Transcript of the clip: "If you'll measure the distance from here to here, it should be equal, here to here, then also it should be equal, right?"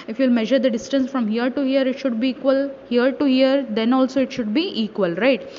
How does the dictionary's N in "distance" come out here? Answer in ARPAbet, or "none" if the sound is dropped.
N